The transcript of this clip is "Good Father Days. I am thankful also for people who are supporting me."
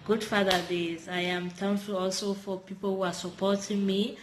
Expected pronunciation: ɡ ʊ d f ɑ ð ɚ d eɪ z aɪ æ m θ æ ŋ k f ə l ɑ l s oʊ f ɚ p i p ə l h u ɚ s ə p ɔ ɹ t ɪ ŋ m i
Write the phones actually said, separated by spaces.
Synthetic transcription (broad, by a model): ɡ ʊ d f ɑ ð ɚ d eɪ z aɪ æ m t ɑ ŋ f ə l ɑ l s oʊ f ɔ p i p ə l h u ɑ s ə p ɔ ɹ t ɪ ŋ m i